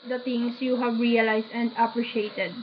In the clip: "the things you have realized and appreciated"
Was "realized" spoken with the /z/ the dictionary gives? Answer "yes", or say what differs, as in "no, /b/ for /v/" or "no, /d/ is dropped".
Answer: no, /s/ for /z/